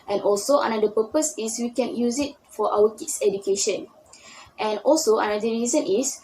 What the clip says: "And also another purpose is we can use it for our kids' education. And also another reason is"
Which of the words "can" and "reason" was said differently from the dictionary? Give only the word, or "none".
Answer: none